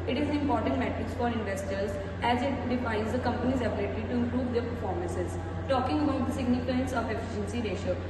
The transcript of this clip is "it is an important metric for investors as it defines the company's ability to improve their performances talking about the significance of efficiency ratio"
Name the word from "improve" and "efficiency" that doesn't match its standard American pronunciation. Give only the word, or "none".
none